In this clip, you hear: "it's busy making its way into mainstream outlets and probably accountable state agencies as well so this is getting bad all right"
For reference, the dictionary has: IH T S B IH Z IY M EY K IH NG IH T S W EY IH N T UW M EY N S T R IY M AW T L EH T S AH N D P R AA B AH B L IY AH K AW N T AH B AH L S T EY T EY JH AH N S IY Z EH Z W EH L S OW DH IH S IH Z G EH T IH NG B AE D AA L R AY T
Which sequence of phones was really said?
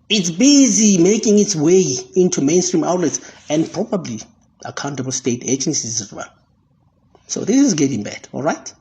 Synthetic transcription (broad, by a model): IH T S B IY Z IY M EY K IH NG IH T S W EY IH N T UW M EY N S T R IY M AW T L EH T S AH N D P R AA B AH B L IY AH K AW N T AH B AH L S T EY T EY JH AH N S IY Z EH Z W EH N S OW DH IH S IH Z G EH T IH NG B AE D AA L R AY T